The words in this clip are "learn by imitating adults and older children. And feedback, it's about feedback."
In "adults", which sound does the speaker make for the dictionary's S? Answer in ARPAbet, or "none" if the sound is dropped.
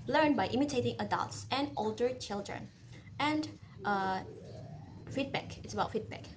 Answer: S